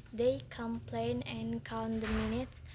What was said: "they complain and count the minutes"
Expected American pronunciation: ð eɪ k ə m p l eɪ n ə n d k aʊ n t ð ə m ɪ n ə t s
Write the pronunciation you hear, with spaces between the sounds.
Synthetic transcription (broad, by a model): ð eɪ k ə m p l eɪ n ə n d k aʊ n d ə m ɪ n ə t s